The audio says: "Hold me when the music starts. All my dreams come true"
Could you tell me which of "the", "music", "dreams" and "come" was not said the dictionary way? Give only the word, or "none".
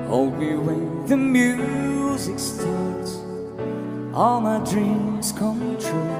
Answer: none